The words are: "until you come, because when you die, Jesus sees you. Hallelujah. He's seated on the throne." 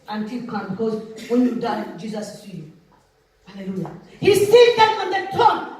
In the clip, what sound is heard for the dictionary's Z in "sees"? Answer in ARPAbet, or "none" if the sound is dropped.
none